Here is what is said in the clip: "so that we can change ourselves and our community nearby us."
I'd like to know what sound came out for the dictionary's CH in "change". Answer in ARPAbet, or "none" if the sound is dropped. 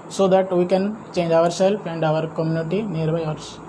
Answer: CH